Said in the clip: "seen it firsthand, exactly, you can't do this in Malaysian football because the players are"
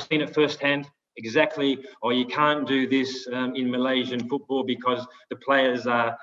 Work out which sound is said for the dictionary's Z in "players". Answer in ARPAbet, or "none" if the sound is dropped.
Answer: Z